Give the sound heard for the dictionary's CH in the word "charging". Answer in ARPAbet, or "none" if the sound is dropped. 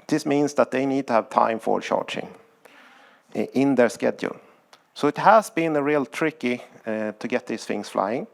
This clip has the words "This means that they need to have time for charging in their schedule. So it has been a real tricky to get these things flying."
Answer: SH